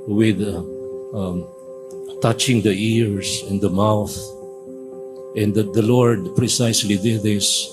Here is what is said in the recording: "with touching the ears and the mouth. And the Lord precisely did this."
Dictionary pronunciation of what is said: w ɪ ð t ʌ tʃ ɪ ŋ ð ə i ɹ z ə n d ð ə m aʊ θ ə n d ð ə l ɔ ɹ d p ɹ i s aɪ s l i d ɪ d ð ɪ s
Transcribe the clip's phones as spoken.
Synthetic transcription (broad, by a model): w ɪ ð t ʌ tʃ ɪ ŋ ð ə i ɹ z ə n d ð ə m aʊ θ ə n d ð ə l ɔ ɹ d p ɹ i s aɪ s l i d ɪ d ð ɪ s